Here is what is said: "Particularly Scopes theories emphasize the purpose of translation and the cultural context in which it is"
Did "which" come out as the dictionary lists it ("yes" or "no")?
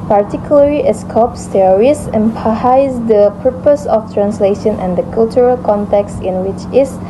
yes